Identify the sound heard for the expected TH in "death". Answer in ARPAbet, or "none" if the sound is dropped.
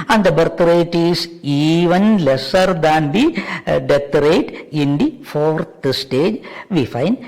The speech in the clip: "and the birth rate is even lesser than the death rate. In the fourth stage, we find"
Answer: T